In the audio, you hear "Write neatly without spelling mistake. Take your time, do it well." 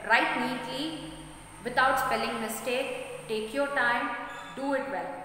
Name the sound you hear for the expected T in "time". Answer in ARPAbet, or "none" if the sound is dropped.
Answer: T